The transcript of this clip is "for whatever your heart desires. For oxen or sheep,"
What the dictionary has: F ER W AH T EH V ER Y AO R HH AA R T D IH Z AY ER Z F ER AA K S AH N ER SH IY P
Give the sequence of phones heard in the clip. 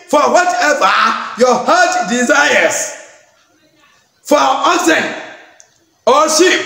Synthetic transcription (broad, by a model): F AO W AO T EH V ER Y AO HH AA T D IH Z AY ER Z F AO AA S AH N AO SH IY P